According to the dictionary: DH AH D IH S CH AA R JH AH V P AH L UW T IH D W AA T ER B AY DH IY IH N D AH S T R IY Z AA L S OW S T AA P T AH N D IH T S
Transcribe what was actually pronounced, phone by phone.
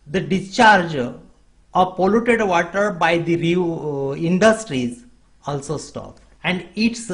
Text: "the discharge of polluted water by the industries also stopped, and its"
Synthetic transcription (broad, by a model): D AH D IH S CH AA R JH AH P AH L UW T IH D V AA T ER B AY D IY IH N D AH S T R IY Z AA L S OW S T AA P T AH N D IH T S